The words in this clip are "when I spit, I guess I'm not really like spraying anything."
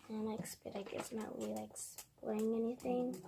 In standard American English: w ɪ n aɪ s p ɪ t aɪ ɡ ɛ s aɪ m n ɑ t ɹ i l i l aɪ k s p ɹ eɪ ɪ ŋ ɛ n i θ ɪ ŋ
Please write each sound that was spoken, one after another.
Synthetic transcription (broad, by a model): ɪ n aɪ s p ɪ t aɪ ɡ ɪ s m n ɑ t w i l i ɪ k s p l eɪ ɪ ŋ ɛ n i θ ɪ ŋ